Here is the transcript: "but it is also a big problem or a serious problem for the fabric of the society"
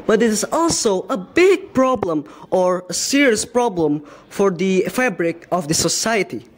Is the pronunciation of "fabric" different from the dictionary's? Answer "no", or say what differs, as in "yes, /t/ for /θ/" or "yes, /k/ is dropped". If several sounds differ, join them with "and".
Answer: no